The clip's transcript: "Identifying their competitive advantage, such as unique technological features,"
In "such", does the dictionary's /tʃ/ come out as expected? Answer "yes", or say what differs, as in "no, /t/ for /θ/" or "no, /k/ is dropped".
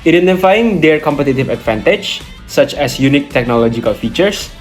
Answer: yes